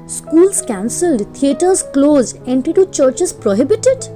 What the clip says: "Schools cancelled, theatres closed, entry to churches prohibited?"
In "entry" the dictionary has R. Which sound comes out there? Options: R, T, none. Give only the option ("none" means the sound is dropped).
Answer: none